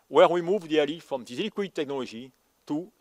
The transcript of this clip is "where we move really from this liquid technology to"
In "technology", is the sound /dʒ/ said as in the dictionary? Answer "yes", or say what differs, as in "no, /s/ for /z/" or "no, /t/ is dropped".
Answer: no, /ʒ/ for /dʒ/